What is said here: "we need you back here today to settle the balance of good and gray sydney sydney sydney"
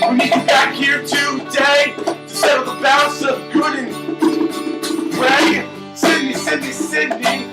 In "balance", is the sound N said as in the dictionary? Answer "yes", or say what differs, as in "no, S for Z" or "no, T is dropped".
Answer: no, N is dropped